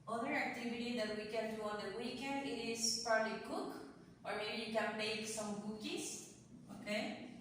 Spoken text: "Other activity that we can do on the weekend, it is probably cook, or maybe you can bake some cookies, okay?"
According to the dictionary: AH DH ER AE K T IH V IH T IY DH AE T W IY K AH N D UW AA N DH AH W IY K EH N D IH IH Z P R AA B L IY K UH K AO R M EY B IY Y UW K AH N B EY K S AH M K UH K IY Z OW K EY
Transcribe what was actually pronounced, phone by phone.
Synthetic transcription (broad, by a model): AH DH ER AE K T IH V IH T IY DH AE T W IY K AH N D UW AA N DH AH W IY K EH N D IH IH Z P R AA B L IY K UH K AO R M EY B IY Y UW K AH N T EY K S AH M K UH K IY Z OW K EY